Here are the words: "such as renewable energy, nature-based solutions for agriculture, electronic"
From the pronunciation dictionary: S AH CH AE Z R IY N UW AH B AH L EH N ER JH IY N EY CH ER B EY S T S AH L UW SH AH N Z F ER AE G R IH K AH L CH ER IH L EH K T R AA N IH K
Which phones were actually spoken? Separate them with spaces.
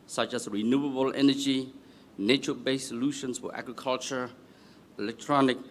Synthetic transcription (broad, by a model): S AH CH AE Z R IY N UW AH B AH L EH N ER JH IY N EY CH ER B EY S S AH L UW SH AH N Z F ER AE G R IH K AH L CH ER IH L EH K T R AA N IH K